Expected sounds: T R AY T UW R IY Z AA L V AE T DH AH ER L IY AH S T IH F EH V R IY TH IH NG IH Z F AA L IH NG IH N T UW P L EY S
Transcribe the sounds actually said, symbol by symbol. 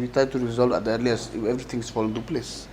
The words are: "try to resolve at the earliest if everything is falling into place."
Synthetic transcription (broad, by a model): T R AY T UW R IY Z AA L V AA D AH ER L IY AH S IH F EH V R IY T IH NG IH S F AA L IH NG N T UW P L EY S